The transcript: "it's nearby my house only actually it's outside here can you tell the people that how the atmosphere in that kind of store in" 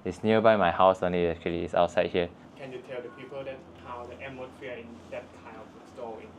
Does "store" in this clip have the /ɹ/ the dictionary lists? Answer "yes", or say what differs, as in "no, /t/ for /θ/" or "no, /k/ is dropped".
no, /l/ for /ɹ/